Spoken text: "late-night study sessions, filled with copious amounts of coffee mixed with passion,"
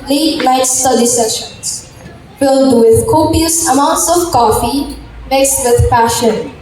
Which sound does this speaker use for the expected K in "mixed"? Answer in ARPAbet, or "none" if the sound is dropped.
none